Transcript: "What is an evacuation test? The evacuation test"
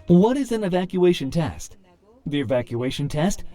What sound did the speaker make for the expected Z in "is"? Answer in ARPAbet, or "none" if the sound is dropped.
Z